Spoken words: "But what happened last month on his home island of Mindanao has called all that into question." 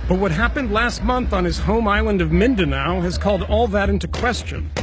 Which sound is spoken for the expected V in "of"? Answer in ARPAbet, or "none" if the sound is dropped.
V